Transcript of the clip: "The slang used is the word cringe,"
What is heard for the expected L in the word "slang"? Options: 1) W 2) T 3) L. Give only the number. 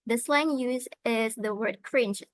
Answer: 3